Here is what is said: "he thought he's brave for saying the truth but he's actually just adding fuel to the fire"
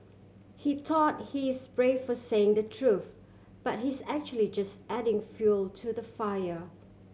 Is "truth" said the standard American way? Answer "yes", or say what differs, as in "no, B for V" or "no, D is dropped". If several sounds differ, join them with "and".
yes